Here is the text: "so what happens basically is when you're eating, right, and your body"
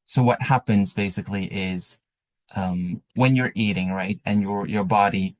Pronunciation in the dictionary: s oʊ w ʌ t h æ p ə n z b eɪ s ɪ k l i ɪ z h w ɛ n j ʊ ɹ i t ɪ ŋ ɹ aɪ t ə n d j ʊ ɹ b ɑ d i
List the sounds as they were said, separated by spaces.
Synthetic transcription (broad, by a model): s oʊ w ʌ t h æ p ə n z b eɪ s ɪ k l i ɪ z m w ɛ n j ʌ ɹ i t ɪ ŋ ɹ aɪ t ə n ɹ j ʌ ɹ b ɑ d i